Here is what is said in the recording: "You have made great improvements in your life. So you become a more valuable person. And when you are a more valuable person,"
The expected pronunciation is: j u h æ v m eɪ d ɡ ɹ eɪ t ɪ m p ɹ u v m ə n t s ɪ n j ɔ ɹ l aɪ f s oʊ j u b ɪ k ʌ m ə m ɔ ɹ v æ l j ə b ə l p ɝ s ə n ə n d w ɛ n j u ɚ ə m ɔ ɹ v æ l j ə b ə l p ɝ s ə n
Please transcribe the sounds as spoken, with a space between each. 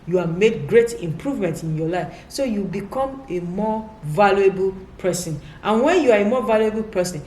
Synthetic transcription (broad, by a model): j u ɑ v m eɪ d ɡ ɹ eɪ t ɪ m p ɹ u v m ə n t ɪ n j ɔ l aɪ f s oʊ j u b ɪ k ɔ m ə m ɔ v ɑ l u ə b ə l p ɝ s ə n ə n w ɛ n j u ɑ ə m ɔ v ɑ l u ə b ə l p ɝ s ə n